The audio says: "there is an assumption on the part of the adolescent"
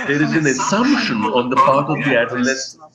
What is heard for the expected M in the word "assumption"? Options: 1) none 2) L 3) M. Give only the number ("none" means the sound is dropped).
3